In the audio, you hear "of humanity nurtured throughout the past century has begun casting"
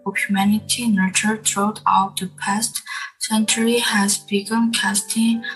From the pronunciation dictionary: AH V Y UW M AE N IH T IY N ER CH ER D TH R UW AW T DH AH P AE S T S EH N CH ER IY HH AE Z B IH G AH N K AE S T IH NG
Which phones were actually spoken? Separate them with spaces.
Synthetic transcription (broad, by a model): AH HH Y UW M AE N IH T IY N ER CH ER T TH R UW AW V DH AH P AE S T S EH N CH ER IY HH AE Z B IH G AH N K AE S T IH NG